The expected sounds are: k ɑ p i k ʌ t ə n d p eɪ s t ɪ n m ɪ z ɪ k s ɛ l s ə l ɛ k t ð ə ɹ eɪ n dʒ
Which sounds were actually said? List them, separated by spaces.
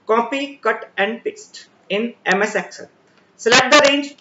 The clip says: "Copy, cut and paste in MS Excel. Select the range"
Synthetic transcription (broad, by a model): k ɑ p i k ʌ t ə n d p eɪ s t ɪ n m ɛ s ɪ k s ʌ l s l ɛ t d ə ɹ eɪ n dʒ